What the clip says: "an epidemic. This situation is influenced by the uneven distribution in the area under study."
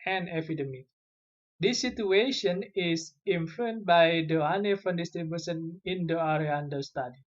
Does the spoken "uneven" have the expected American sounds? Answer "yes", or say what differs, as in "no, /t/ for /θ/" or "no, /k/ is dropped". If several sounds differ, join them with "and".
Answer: no, /f/ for /v/